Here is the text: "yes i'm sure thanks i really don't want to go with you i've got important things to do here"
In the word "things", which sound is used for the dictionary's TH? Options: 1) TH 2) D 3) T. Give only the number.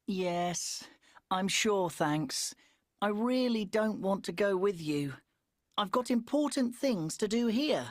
1